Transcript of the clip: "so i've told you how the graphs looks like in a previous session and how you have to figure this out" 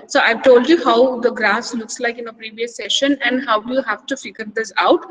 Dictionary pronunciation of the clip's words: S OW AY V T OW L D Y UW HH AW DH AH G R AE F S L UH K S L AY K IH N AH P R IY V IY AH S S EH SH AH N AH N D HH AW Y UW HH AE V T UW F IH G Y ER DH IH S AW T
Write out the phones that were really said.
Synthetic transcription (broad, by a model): S OW AY V T OW L D Y UW HH AW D AH G R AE S L UH K S L AY K IH N AH P R IY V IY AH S S EH SH AH N AH N D HH AW Y UW HH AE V T UW F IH G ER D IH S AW T